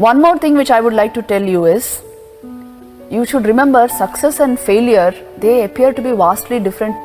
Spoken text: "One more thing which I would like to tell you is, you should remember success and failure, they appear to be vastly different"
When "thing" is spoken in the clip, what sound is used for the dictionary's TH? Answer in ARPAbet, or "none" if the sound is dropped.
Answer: T